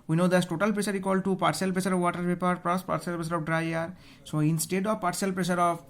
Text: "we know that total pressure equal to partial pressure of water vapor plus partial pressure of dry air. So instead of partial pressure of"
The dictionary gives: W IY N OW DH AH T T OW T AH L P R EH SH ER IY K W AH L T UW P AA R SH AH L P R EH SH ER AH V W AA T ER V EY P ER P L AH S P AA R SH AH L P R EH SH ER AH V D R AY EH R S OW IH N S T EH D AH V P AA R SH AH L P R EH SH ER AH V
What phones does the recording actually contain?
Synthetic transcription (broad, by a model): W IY N OW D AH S T OW T AH L P R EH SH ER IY K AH L T UW P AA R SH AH L P R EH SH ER AH V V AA T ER P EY P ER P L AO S P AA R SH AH L P R EH SH ER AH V D R AY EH R S OW IH N S T EH D AH V P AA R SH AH L P R EH SH ER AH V